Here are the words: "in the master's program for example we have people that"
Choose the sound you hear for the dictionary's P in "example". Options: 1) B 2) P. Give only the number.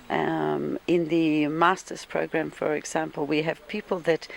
2